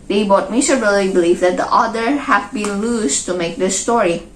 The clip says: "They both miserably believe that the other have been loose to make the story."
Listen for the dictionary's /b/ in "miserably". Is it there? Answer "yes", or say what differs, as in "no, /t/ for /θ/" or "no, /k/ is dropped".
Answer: no, /b/ is dropped